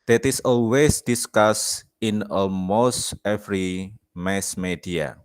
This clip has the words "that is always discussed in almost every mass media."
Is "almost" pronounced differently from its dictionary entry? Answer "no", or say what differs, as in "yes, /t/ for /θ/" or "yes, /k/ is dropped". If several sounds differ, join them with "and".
yes, /l/ is dropped